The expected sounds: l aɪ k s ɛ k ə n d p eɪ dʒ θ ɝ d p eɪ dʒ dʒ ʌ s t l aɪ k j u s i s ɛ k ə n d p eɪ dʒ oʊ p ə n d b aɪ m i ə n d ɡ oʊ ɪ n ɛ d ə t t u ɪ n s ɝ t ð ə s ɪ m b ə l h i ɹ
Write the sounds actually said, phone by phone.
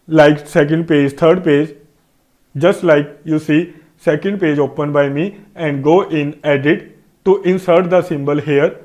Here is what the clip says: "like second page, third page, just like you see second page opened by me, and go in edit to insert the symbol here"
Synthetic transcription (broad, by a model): l aɪ k s ɛ k ə n d p eɪ dʒ t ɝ d p eɪ dʒ dʒ ʌ s t l aɪ k j u s i s ɛ k ə n d p eɪ dʒ oʊ p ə n b aɪ m i ə n d ɡ oʊ ɪ n ɛ d ə t t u ɪ n s ɝ t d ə s ɪ m b ə l h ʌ ɹ